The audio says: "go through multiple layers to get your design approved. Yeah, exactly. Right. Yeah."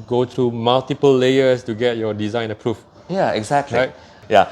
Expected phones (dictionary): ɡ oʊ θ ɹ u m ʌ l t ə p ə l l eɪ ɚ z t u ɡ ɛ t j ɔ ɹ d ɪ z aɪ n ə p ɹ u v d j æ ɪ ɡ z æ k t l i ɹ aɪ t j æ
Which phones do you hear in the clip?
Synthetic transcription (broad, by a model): ɡ oʊ t ɹ u m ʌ l t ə p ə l l eɪ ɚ s t u ɡ ɛ t j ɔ d ɪ z aɪ n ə p ɹ u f j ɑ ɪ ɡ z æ k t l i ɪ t j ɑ